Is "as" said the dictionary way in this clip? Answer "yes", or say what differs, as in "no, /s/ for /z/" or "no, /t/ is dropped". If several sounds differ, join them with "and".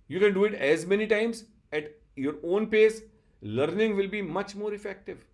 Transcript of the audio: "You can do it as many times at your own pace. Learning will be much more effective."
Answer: yes